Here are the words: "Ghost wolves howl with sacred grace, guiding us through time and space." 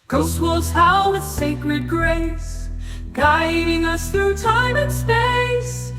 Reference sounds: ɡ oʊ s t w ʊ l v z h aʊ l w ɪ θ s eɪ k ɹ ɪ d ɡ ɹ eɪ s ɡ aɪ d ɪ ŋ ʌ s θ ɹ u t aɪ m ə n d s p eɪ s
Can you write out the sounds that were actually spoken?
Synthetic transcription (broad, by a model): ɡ oʊ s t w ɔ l z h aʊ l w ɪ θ s eɪ k ɹ ɪ d ɡ ɹ eɪ s ɡ aɪ d ɪ ŋ ʌ s θ ɹ u t aɪ m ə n s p eɪ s